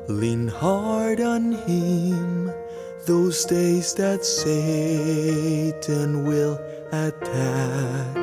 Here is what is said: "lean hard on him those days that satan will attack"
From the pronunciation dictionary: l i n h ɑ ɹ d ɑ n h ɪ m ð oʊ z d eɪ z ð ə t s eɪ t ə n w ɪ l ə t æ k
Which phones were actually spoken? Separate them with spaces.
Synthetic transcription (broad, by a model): l i n h ɑ ɹ d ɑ n h ɪ m ð oʊ z d eɪ z ð ə t s eɪ t ə n w ɪ l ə t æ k